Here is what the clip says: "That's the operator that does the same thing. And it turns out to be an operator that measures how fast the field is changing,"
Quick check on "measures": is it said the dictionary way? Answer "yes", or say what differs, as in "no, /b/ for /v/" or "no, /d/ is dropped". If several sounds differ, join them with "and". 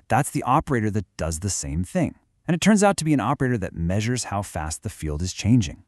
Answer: yes